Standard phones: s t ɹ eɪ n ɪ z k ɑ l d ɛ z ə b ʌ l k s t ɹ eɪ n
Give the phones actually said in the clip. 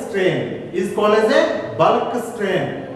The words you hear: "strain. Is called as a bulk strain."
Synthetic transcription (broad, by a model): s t ɹ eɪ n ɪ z k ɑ l ɛ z ə b ʌ l k s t ɹ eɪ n